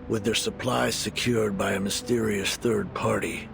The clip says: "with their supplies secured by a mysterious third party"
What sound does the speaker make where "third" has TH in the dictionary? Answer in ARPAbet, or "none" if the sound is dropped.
TH